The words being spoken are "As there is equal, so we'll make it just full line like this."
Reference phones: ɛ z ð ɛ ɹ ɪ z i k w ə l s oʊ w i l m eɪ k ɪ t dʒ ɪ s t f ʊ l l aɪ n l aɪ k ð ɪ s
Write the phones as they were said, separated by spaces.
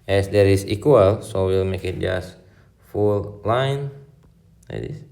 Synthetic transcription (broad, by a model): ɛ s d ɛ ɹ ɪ s i k w ə l s oʊ w i l m eɪ k ɪ t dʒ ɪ s f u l l aɪ n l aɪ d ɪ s